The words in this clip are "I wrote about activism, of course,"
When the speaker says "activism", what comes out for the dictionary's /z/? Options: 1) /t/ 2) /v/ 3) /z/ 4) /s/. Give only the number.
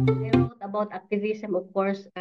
4